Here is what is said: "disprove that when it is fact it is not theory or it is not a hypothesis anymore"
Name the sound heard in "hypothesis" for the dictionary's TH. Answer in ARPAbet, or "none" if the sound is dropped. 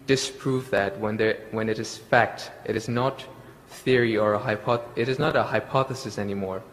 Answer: TH